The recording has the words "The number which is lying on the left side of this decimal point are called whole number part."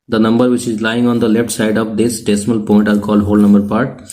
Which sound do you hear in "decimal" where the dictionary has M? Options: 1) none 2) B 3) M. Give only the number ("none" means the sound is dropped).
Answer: 3